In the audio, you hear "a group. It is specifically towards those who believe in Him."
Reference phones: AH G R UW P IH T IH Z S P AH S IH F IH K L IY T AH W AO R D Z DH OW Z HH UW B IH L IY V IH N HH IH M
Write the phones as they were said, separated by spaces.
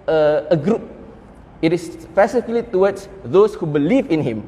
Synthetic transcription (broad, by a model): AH G R UW P IH T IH S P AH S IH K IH L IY T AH W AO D S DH OW S HH UW B IH L IY V IH N HH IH M